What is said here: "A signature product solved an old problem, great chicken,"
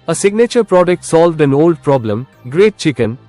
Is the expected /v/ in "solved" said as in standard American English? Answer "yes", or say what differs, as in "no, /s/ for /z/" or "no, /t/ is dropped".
yes